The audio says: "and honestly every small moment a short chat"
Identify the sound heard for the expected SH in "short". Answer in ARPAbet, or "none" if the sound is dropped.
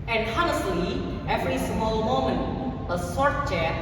S